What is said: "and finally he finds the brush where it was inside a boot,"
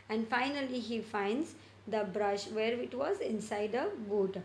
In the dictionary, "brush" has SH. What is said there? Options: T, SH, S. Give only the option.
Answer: SH